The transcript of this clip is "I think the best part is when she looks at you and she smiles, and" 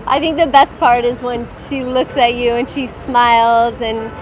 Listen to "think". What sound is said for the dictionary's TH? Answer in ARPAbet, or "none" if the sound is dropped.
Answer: TH